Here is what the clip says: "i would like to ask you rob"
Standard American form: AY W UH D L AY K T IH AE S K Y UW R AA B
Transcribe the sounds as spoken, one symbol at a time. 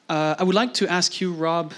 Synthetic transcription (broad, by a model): AY W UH D L AY K T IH AE S K Y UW R AA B